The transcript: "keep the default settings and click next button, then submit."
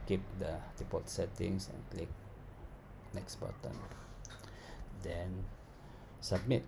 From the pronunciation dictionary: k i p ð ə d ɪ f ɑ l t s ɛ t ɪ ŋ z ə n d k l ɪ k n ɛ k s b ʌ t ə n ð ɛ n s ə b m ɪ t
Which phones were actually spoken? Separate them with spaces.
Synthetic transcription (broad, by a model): k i p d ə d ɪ p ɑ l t s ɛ t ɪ ŋ s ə n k l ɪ k n ɛ k s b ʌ t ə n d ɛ n s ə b m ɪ t